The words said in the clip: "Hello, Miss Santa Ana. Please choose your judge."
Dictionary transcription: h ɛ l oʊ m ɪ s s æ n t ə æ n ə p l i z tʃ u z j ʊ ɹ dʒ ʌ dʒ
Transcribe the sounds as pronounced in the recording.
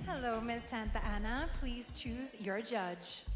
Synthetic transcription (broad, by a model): h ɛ l oʊ m ɪ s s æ n t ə æ n ə p l i z tʃ u z j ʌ ɹ dʒ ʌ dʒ